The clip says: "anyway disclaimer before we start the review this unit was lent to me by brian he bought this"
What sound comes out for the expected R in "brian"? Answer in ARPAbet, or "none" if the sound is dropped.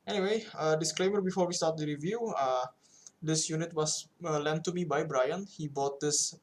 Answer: R